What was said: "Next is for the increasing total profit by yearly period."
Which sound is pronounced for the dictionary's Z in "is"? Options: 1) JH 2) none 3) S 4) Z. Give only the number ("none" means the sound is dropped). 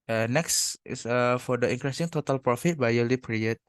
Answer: 3